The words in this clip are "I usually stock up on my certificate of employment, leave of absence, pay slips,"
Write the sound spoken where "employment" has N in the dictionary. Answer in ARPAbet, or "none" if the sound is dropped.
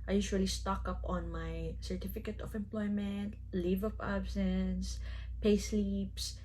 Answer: N